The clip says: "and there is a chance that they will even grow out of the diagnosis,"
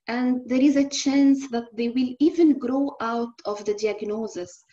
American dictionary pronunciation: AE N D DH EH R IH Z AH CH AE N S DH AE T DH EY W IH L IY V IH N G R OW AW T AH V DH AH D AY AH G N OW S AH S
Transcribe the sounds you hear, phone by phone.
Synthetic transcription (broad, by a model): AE N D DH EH R IH Z AH CH AE N S DH AE T DH EY W IH L IY V IH N G R OW AW T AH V DH AH D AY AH G N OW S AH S